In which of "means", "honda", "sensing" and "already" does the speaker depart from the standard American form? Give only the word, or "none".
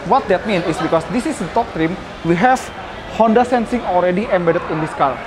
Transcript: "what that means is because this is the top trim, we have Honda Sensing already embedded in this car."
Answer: means